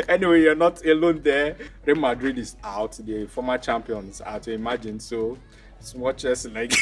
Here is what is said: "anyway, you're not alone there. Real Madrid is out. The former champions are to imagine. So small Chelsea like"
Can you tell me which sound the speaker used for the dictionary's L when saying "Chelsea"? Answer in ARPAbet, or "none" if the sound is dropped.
none